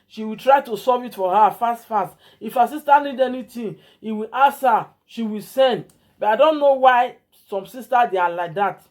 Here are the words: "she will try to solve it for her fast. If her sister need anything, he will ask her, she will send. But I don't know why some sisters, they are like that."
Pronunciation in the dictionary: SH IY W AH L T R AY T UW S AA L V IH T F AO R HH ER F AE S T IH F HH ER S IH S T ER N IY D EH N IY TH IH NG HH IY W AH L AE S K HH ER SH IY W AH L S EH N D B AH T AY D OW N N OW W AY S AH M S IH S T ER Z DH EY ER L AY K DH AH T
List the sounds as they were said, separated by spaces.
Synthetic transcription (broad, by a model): SH IY W AH L T R AY T UW S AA V IH T F AO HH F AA F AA S T IH F HH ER S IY S T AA N IY D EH N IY T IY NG HH IY W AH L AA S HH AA SH IY W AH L S EH N D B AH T AY D OW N N OW W AY S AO M S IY S T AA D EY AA L AY K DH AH T